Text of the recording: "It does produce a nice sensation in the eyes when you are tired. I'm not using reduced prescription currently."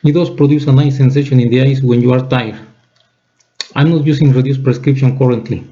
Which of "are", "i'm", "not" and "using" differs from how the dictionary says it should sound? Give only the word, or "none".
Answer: using